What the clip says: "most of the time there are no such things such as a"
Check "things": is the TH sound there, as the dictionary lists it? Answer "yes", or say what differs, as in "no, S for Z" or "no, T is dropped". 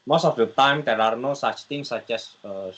no, T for TH